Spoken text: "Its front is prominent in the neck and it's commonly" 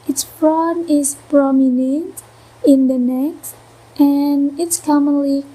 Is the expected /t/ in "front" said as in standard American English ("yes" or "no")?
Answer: no